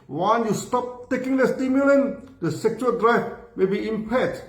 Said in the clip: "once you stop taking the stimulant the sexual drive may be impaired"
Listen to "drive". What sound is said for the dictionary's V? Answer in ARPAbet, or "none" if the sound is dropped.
F